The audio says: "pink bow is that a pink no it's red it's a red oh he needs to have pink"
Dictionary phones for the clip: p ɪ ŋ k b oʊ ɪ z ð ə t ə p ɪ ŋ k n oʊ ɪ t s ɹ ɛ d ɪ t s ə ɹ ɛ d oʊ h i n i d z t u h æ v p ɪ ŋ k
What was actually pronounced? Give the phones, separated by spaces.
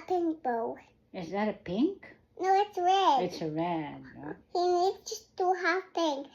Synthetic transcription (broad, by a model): p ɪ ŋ k b oʊ ɪ z ð ə t ə p ɪ ŋ k n oʊ ɪ t s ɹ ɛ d ɪ t s ə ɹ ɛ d h i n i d s t u h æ f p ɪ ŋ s